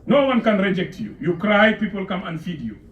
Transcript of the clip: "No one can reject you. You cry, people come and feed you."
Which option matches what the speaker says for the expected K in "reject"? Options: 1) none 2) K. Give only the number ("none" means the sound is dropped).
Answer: 2